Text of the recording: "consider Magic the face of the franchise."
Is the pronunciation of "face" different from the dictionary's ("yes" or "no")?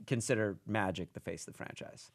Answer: yes